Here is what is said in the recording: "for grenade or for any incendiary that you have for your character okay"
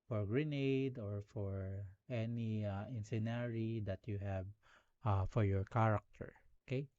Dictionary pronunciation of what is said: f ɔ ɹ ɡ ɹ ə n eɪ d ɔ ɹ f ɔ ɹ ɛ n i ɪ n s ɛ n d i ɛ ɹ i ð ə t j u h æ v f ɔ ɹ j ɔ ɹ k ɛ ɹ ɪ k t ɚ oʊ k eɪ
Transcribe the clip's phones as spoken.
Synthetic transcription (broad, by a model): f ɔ ɹ ɡ ɹ ə n eɪ d ɔ ɹ f ɔ ɹ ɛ n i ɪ n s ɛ n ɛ ɹ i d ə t j u h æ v f ɔ ɹ j ɔ ɹ k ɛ ɹ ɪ k t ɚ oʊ k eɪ